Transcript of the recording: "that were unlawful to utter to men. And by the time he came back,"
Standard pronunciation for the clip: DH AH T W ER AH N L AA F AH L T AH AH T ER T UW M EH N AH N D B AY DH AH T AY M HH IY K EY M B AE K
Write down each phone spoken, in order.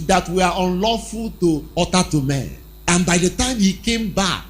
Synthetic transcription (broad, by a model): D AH T W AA AH N L AA F AH L T AH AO T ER T UW M EH N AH N B AY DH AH T AY M HH IY K EY M B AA K